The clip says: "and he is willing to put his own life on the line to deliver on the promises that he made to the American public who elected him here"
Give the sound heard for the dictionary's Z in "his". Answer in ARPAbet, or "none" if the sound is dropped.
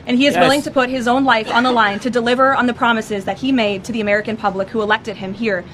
Z